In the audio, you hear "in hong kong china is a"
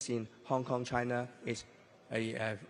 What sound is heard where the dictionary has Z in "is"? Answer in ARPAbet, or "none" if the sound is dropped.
S